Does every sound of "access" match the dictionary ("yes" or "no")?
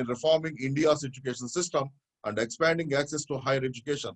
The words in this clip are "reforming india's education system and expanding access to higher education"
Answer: yes